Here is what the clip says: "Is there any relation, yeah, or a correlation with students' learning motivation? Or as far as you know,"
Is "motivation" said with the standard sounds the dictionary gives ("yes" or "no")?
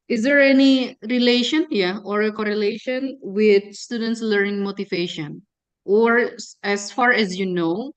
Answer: yes